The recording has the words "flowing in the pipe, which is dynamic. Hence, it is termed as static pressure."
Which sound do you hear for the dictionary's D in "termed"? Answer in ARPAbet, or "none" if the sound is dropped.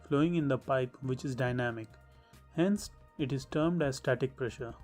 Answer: D